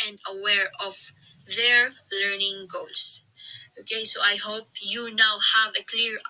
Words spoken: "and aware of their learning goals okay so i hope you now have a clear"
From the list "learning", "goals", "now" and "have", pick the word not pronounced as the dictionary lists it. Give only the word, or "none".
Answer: goals